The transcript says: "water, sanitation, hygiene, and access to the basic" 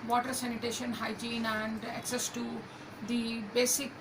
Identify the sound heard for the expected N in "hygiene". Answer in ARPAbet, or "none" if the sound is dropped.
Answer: N